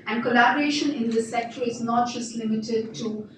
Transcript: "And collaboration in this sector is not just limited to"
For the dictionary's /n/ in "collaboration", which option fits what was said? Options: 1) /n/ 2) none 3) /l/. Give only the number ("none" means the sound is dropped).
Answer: 1